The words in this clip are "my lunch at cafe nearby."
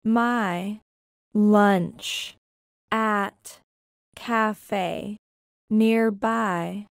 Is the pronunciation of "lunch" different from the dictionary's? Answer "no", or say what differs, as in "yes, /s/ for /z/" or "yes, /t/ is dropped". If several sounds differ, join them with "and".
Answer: no